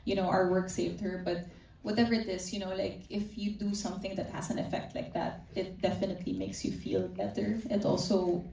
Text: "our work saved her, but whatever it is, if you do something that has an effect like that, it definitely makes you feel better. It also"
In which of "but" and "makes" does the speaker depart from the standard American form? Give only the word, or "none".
none